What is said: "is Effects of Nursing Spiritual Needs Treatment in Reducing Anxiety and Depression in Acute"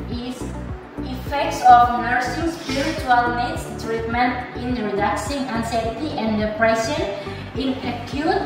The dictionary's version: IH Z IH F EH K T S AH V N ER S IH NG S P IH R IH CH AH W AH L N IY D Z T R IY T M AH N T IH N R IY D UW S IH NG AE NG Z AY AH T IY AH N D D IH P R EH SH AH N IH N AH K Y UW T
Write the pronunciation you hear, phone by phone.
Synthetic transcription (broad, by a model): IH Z IH F EH K T S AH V N ER S IH NG S P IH R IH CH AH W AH L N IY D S T R IY T M AH N T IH N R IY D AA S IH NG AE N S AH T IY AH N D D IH P R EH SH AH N IH N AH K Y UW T